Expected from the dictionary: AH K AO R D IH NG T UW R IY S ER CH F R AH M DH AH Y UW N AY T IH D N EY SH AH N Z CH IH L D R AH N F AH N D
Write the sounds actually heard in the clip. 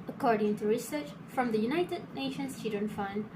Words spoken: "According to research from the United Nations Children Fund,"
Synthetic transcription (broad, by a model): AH K AO R D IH NG T UW R IY S ER CH F R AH M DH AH Y UW N AY T IH D N EY SH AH N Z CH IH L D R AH N F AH N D